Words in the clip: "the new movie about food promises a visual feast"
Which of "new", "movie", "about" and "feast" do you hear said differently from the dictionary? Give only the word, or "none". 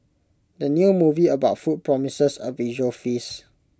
feast